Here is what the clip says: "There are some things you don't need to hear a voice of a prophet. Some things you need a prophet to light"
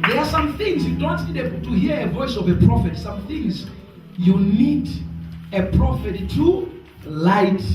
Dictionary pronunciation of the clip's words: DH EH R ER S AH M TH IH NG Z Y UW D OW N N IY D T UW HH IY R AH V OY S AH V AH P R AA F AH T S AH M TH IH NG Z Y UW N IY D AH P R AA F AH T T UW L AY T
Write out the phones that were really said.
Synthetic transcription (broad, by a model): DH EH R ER S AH M TH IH NG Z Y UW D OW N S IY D T UW HH IY R AH V OY S AH V AH P R AA F AH T S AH M TH IH NG Z Y UW N IY D AH P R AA F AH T T UW L AY T